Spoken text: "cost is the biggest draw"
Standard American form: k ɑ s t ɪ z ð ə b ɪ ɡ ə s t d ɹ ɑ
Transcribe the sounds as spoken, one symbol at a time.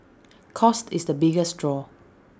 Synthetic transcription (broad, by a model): k ɑ s t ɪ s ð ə b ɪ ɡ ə s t d ɹ ɑ